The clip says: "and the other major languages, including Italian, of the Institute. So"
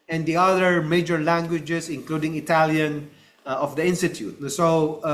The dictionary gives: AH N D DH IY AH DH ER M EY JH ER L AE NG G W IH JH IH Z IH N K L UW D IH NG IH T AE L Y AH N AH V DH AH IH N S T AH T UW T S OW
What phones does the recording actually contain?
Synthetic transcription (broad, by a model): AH N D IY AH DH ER M EY JH ER L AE NG G W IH JH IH S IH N K L UW D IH NG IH T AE L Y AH N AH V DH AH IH N S T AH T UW T S OW